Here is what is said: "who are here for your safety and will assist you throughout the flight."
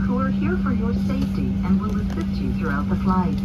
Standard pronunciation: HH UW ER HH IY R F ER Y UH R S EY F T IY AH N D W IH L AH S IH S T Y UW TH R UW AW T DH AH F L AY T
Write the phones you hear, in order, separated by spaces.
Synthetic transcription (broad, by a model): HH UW ER HH IY R F ER Y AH R S EY F T IY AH N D W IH L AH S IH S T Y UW TH R UW AW T DH AH F L AY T